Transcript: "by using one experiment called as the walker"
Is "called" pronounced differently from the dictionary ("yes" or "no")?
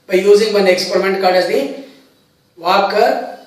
yes